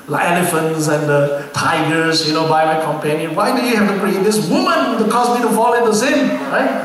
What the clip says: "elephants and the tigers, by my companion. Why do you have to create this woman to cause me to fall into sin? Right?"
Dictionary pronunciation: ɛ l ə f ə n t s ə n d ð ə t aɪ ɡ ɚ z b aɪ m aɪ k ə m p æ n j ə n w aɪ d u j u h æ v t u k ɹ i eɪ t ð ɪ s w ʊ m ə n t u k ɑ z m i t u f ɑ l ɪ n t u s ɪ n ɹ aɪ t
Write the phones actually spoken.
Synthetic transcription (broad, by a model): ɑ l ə f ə n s ə n d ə t aɪ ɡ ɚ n b aɪ m aɪ k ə m p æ n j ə n w aɪ d u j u h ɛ f t u k ɹ i eɪ t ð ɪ s w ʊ m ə n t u k ɑ s m i t u f ɑ l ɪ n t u s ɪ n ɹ aɪ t